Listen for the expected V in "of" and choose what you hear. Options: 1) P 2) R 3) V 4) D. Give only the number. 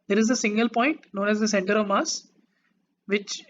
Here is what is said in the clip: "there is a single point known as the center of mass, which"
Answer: 3